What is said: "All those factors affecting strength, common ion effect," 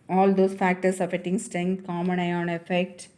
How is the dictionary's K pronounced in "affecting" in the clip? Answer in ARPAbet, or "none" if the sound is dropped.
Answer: none